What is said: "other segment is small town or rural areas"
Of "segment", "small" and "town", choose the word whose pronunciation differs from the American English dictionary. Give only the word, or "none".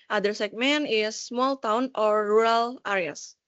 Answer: segment